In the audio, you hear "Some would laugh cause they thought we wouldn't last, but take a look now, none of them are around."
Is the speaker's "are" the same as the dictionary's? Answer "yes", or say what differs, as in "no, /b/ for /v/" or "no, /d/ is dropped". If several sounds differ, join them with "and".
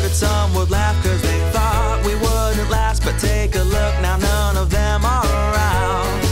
no, /l/ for /ɹ/